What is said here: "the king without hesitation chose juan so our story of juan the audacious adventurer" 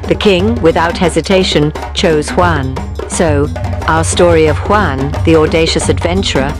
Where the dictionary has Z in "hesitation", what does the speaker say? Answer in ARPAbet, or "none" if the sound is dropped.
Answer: Z